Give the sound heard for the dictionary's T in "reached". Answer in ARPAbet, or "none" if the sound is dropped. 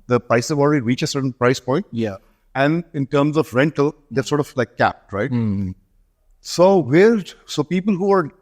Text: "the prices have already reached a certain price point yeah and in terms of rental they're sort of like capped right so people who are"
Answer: none